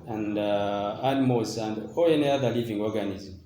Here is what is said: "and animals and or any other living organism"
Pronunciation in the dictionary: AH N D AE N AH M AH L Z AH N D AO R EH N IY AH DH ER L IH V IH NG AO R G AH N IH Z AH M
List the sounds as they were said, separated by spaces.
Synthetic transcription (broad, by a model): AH N D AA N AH M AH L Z AH N D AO L EH N IY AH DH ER L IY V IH NG AO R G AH N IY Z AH M